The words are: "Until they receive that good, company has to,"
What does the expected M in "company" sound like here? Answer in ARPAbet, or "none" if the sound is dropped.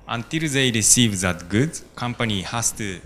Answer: M